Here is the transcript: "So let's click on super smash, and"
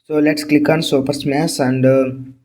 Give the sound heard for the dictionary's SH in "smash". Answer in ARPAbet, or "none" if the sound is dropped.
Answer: S